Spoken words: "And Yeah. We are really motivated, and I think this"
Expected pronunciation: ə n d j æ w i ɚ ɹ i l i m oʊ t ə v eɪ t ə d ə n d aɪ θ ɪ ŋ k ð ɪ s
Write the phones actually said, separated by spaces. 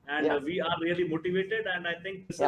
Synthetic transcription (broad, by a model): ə n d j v i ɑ ɹ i l i m oʊ t ə v eɪ t ə d ə n d aɪ t ɪ ŋ k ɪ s